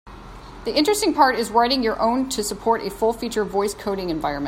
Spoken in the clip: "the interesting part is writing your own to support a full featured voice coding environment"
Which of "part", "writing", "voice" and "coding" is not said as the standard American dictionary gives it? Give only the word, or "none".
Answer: none